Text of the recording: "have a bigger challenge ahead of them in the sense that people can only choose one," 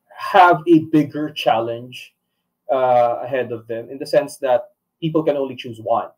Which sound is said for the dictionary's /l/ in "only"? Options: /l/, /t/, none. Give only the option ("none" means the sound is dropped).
/l/